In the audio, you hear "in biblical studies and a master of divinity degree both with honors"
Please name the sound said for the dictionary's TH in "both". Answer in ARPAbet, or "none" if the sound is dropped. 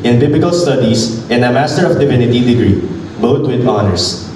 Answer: T